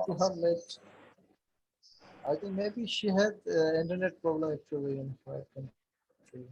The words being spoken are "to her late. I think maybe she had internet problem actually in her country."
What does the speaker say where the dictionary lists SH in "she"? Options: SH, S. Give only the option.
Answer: SH